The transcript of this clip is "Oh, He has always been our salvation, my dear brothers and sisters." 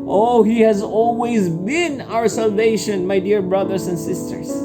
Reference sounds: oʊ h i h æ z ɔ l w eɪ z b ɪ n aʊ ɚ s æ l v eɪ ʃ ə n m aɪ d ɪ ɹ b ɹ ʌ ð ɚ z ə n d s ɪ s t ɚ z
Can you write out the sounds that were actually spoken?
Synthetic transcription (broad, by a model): oʊ h i h æ z ɔ l w eɪ z b ɪ n aʊ ɚ s æ l v eɪ ʃ ə n m aɪ d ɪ ɹ b ɹ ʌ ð ɚ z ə n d s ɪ s t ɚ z